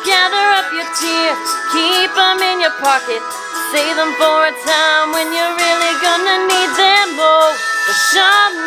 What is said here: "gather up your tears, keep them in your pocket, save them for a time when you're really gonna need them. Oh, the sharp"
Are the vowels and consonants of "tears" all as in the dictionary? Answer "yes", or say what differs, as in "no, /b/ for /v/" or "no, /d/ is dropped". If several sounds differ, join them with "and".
no, /z/ is dropped